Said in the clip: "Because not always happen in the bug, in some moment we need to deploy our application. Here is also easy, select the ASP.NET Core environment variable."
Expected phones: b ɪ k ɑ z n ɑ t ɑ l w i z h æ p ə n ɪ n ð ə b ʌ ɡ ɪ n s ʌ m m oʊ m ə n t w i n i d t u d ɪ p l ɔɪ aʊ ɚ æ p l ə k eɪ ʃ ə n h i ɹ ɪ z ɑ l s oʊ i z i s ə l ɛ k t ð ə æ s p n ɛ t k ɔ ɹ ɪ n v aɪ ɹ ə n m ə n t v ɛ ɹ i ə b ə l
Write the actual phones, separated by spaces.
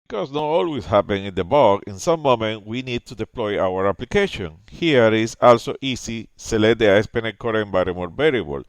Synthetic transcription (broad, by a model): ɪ k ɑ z n ɑ t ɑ l w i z h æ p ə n ɪ n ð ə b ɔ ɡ ɪ n s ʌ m m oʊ m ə n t w i n i d t u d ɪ p l ɔɪ aʊ ɚ æ p l ə k eɪ ʃ ə n h i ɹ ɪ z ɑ l s oʊ i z i s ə l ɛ t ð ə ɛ s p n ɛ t k ɔ ɹ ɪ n b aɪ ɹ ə m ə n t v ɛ ɹ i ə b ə l